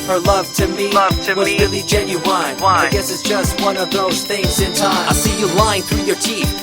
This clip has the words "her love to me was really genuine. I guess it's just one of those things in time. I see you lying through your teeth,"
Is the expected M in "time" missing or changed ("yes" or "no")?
yes